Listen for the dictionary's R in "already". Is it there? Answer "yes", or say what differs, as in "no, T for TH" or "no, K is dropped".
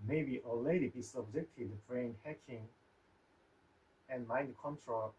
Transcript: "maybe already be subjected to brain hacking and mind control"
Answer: no, R is dropped